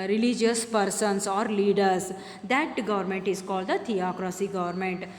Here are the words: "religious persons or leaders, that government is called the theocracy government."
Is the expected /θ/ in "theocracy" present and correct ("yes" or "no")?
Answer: no